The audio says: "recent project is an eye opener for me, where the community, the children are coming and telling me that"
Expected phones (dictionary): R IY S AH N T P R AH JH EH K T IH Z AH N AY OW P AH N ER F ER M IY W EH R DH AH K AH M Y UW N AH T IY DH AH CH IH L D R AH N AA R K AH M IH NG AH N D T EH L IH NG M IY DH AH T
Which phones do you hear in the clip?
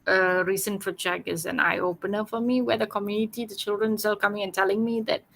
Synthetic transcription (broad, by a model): R IY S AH N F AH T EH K IH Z AH N AY OW P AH N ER F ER M IY W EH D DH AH K AH M Y UW N AH T IY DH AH CH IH L D R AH N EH L K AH M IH NG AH N T EH L IH NG M IY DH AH T